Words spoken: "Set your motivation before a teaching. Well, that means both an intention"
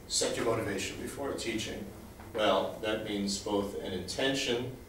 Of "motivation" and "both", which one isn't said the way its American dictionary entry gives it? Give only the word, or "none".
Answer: none